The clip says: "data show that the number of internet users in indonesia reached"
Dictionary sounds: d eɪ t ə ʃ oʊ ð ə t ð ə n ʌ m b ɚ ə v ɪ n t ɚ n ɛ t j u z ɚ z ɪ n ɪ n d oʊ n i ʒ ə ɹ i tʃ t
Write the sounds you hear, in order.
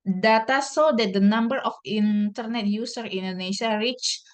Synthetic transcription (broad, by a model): d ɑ t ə s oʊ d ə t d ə n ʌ m b ɚ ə f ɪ n t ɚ n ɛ t j u s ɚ ɪ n n d oʊ n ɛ s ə ɹ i tʃ